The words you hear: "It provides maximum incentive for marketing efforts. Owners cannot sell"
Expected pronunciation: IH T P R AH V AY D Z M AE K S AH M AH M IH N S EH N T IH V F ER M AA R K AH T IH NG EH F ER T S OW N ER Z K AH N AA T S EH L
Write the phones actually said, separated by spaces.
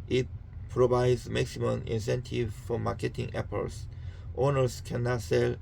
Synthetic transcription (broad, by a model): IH T P R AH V AY D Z M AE K S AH M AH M IH N S EH N T IH V F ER M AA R K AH T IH NG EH P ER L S OW N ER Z K AH N AA T S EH L